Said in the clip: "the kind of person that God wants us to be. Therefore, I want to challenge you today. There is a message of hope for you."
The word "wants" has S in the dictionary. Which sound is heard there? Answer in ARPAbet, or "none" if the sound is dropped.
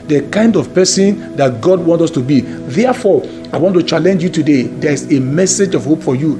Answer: none